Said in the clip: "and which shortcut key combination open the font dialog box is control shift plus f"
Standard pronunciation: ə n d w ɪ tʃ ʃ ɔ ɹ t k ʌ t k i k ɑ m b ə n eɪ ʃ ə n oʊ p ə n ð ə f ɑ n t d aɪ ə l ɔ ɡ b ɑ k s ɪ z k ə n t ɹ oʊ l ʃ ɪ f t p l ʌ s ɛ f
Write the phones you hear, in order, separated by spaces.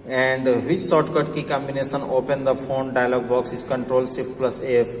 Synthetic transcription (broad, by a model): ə n d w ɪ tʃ s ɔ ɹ t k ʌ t k i k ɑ m b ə n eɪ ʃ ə n oʊ p ə n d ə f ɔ n d aɪ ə l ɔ ɡ b ɑ k s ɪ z k ə n t ɹ oʊ l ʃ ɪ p p l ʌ s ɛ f